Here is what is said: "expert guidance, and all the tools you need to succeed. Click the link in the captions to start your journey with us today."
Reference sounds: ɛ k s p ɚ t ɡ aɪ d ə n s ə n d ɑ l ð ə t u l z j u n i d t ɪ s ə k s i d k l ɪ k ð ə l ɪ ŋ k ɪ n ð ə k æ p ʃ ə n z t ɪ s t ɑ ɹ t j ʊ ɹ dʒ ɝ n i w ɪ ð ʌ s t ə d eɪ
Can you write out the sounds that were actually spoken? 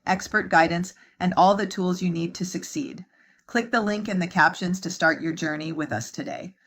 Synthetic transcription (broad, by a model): ɛ k s p ɚ t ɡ aɪ d n s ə n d ɑ l ð ə t u l z j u n i d t ɪ s ə k s i d k l ɪ k ð ə l ɪ ŋ k ɪ n ð ə k æ p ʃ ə n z t ɪ s t ɑ ɹ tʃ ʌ ɹ dʒ ɝ n i w ɪ ð ʌ s t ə d eɪ